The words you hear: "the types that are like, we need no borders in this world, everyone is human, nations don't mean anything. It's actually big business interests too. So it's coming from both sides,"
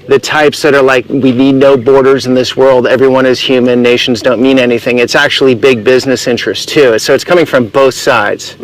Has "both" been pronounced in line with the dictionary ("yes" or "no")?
yes